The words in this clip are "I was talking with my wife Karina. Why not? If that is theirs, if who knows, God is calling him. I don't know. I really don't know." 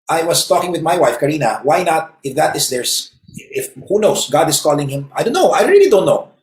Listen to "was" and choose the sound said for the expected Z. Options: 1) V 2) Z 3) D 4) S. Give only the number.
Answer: 4